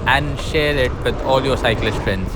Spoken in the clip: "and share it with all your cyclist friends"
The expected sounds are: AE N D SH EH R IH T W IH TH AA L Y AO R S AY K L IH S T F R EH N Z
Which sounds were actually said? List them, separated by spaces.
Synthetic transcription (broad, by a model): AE N D SH EH R IH T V IH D AA L Y AO R S AY K L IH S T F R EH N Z